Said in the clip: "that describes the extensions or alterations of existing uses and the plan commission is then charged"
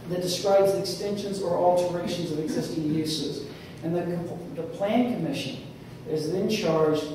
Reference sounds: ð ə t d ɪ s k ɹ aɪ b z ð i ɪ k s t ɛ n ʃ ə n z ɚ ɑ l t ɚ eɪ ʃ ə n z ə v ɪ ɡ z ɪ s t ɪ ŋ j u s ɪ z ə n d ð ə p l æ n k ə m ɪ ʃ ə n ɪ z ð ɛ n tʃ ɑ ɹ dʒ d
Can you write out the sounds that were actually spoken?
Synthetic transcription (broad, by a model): ð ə t d ɪ s k ɹ aɪ b z ð i ɪ k s t ɛ n ʃ ə n z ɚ ɑ l t ɚ eɪ ʃ ə n z ə v ɪ ɡ z ɪ s t ɪ ŋ j u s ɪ z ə n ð ð ə p l æ n k ə m ɪ ʃ ə n ɪ z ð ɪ n tʃ ɑ ɹ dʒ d